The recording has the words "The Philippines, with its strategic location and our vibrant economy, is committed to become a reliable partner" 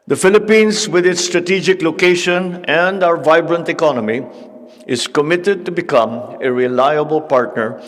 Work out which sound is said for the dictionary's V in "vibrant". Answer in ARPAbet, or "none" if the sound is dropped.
V